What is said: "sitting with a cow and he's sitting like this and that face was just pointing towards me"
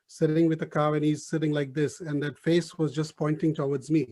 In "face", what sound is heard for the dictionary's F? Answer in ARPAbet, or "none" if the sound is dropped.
F